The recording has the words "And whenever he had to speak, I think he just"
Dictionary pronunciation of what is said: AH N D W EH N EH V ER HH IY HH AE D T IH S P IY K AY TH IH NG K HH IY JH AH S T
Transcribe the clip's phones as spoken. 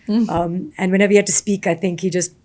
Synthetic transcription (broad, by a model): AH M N W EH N EH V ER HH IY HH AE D T IH S P IY K AY TH IH NG K HH IY JH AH S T